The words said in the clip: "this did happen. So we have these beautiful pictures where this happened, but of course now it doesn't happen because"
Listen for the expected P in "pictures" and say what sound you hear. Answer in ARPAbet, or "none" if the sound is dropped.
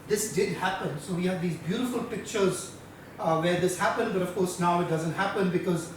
P